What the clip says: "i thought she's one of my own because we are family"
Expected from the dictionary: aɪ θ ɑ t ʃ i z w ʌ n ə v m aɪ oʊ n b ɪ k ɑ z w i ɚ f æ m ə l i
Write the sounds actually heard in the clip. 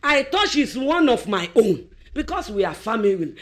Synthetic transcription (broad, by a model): aɪ t ɑ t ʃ i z w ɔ n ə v m aɪ oʊ n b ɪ k ɑ s w i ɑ f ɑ m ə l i